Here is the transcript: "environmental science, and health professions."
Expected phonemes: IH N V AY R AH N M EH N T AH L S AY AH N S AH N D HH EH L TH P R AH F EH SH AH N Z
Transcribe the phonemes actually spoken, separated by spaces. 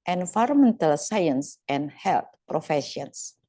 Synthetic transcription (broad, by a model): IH N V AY R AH M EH N T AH L S AY AH N S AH N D HH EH L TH P R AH F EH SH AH N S